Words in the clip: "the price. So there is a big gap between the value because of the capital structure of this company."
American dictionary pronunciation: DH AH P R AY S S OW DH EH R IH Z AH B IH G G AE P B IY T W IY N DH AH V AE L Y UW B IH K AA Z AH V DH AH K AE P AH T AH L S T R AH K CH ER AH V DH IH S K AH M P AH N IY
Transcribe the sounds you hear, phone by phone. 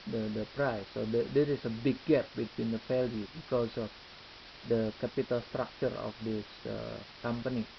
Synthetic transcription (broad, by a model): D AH P R AY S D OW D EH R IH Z AH B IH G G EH P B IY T W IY N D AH F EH L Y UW B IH K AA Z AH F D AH K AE P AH T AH L S T R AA K CH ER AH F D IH S K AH M P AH N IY